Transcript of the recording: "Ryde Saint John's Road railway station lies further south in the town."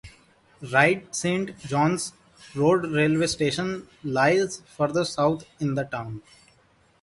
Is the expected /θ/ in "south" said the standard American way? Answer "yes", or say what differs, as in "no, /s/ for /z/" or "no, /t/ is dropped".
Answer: no, /t/ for /θ/